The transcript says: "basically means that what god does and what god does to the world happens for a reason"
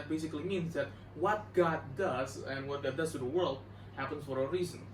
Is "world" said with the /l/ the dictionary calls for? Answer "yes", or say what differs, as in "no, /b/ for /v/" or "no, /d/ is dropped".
yes